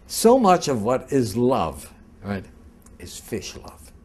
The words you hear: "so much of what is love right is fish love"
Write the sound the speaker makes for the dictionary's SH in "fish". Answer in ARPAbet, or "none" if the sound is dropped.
SH